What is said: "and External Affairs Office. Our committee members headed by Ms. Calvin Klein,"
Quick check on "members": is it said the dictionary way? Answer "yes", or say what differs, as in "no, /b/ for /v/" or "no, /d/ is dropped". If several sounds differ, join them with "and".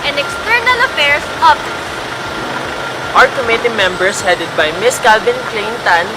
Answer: no, /s/ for /z/